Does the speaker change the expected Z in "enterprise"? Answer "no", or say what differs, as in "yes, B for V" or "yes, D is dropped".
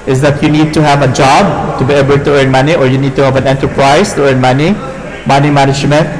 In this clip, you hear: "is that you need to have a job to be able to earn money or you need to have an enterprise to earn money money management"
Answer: yes, S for Z